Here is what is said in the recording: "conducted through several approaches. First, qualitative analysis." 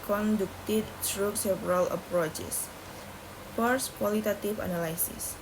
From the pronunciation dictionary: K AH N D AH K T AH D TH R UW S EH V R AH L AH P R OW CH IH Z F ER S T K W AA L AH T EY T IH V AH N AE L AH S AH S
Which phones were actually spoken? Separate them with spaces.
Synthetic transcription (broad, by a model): K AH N D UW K T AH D S R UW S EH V R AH L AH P R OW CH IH S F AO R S K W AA L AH T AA T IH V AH N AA L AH S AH S